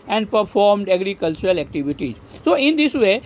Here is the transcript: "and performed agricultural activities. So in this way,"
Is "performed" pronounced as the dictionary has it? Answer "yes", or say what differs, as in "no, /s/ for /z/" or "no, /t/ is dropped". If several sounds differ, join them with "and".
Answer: yes